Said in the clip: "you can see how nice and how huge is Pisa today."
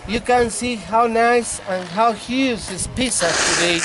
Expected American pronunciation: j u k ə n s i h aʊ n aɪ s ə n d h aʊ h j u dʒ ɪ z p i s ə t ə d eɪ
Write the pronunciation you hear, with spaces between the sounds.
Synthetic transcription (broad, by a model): j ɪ k ə n s i h aʊ n aɪ s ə n h aʊ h j u z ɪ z p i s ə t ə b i